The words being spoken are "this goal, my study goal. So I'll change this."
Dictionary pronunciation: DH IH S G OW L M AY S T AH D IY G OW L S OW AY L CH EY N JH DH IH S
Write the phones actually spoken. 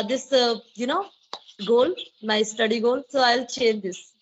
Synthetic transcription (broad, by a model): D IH S G OW L M AY S T AH D IY G OW L S OW AY L CH EY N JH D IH S